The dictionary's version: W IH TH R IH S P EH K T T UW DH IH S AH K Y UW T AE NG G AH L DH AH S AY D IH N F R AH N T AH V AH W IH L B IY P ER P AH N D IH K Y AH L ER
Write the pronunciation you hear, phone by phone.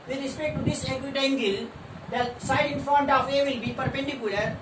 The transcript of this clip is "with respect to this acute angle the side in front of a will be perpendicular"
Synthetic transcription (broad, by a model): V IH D R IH S P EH K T T UW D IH S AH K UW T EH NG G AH L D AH S AY D IH N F AO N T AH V AH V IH L B IY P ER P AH N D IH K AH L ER